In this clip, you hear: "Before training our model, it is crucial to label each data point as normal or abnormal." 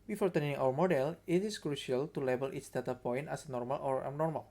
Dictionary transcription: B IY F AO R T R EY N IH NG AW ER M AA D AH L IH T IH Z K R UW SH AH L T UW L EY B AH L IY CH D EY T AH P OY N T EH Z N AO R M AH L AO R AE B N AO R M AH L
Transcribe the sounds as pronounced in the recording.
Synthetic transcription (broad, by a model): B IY F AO R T EY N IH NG AW ER M AA D AH L IH T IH S K R UW SH AH L T UW L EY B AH L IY S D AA T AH P OY N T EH S N AO R M AH L AO R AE N AO R M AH L